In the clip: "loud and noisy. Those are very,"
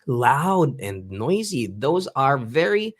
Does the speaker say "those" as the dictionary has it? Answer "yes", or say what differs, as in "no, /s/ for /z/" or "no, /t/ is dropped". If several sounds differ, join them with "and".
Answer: yes